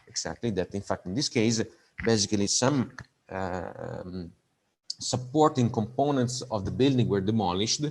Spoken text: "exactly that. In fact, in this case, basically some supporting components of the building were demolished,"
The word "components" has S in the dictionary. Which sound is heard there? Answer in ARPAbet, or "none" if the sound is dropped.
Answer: S